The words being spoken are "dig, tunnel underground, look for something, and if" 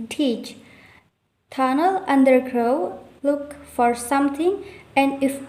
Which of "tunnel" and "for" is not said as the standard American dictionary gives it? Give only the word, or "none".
none